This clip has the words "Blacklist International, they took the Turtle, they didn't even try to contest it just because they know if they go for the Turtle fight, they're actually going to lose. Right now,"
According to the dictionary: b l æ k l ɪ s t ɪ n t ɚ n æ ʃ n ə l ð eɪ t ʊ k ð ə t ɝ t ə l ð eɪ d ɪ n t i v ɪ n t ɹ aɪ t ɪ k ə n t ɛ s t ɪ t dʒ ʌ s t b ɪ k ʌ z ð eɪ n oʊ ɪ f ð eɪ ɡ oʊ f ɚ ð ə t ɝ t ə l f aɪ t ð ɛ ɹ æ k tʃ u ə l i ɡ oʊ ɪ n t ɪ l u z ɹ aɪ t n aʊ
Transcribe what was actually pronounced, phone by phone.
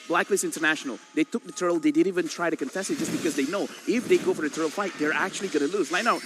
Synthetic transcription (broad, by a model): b l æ k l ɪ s ɪ n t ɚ n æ ʃ n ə l ð eɪ t ʊ k ð ə t ɝ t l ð eɪ d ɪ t i v ɪ n t ɹ aɪ t ɪ k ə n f ɛ s ɪ t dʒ ʌ s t b ɪ k ʌ z ð eɪ n oʊ ɪ f ð eɪ ɡ oʊ f ɚ ð ə t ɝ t l f aɪ t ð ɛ ɹ æ k tʃ u ə l i ɡ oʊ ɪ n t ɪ l u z l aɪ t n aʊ